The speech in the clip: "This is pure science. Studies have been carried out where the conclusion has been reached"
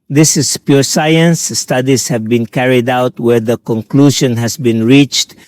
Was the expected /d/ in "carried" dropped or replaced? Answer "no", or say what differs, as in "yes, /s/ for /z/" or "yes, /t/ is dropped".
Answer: no